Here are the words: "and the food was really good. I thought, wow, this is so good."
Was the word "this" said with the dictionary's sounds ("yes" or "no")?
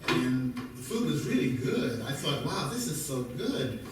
yes